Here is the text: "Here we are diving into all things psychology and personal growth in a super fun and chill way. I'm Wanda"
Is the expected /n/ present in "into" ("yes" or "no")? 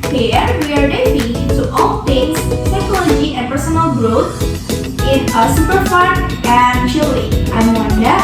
no